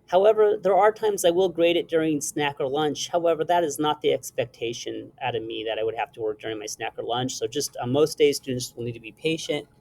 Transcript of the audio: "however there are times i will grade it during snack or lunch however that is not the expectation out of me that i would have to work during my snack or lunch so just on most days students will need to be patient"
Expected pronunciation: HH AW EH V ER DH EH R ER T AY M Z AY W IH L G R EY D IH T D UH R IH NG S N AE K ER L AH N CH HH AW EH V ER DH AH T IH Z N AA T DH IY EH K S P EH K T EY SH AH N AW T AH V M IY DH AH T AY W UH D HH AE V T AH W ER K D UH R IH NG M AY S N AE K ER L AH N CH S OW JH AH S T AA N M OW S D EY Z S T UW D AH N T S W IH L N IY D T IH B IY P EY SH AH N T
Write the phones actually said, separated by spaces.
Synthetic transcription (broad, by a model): HH AW EH V ER DH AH R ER T AY M Z AY W IH L G R EY D IH T D UH R IH NG S N AE K ER L AH N CH HH AW EH V ER DH AH T IH Z N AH T DH IY EH K S P EH K T EY SH AH N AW T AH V M IY DH AH T AY W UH D HH AE F T AH W ER K D UH R IH NG M AY S N AE K ER L AH N CH S OW JH AH S T M OW S D EY Z S T UW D N T S W IH L N IY D T IH B IY P EY SH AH N T